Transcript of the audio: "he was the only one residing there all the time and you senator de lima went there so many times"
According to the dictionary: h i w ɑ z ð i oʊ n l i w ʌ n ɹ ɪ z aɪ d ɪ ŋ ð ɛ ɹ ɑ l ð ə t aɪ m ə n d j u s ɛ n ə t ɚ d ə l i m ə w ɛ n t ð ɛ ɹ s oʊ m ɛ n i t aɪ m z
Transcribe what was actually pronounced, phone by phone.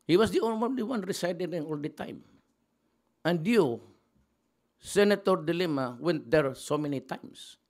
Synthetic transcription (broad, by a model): h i w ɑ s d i oʊ n l i w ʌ n ɹ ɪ s aɪ d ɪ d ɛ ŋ ɑ l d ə t aɪ m ə n d j u s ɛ n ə t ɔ d ə l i m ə w ɛ n t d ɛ ɹ s oʊ m ɛ n i t aɪ m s